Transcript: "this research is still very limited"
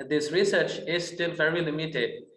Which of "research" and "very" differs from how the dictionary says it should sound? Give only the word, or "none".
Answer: none